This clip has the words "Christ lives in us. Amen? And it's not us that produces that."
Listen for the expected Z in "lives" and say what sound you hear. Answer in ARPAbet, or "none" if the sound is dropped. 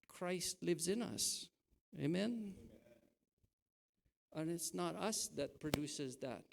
Z